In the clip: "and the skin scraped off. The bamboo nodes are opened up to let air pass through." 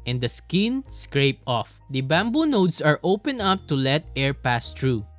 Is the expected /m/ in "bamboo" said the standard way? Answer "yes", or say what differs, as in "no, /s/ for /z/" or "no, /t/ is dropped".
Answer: yes